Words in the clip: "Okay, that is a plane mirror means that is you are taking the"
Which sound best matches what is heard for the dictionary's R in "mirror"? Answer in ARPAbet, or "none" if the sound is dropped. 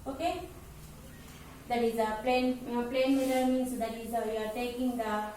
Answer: W